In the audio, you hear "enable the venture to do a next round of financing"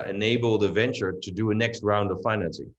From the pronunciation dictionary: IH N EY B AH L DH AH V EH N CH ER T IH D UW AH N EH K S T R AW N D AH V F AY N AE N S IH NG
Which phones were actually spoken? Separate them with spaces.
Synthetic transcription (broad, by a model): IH N EY B L DH AH V EH N CH ER T IH D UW AH N EH K S T R AW N D AH V F AY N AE N S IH NG